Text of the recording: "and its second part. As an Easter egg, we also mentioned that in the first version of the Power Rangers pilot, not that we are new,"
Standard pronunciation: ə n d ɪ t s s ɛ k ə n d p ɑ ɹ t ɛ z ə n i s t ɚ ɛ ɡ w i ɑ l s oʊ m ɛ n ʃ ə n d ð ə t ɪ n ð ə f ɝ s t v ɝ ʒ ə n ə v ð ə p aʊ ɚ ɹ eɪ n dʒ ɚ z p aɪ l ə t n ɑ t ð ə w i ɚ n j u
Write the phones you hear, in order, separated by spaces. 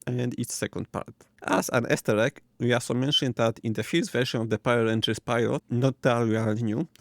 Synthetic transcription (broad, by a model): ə n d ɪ t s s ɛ k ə n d p ɑ ɹ t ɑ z ə n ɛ s t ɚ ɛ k w i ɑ s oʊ m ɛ n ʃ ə n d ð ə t ɪ n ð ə f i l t v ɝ ʃ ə n ə v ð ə p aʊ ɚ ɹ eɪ n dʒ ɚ s p aɪ l ə t n ɑ t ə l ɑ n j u